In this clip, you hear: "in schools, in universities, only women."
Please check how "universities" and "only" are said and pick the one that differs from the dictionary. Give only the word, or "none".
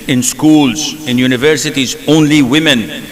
none